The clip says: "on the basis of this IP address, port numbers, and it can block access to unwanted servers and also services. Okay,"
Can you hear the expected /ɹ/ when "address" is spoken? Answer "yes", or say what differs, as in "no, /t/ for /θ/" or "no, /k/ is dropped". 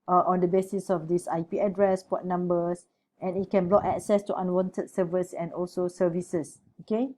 yes